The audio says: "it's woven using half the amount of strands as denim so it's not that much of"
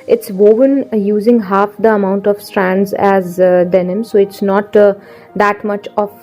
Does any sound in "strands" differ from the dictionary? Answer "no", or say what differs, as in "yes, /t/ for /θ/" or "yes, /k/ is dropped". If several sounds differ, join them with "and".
no